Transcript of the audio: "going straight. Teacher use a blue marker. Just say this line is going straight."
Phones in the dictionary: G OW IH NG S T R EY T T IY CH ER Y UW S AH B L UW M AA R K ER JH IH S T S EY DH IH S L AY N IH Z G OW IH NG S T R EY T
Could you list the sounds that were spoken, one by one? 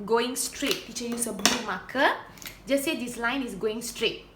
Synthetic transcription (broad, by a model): G OW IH NG S T R EY T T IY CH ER Y UW S AH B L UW M AA K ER JH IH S S EY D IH S L AY N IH S G OW IH NG S T R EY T